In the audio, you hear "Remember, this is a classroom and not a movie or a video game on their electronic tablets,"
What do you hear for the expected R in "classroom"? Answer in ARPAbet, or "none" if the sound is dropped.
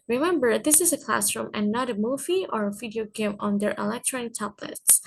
R